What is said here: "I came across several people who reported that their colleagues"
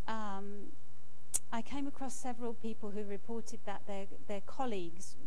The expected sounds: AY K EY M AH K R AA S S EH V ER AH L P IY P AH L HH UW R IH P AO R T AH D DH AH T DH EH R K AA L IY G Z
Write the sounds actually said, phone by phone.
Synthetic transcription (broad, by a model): AY K EY M AH K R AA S S EH V ER AH L P IY P AH L HH UW R IH P AO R T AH D DH AH T DH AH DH K AA L IY G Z